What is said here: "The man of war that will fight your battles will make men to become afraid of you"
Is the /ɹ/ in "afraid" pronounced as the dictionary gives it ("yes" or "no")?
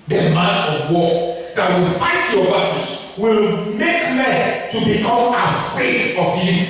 no